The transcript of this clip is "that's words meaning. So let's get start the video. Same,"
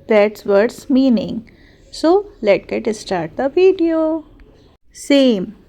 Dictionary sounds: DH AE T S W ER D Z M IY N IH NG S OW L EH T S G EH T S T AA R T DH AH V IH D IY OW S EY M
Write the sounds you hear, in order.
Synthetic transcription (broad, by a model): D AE T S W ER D S M IY N IH NG S OW L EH T G EH T S T AA R T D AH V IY D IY OW S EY M